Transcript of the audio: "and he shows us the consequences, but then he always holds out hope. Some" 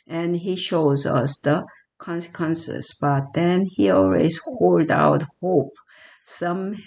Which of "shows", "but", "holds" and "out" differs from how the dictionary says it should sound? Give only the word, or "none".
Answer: holds